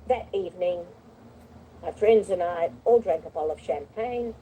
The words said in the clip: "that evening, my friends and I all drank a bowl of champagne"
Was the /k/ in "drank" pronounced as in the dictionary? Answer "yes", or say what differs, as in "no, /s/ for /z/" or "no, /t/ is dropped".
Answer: yes